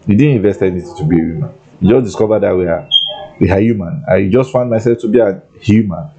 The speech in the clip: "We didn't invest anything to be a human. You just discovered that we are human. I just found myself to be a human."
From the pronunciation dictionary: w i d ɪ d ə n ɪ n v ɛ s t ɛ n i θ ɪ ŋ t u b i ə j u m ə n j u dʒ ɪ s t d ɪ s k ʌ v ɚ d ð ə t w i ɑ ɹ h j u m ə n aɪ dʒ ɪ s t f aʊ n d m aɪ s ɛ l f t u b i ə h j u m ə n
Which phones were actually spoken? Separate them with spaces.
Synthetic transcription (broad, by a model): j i d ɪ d n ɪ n v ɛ s t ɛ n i t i t u b i ə j u m ə n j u dʒ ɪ s d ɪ s k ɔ v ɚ d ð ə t w i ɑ w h j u m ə n aɪ dʒ ɪ s t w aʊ n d m aɪ s ɛ l f t u b i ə h j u m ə n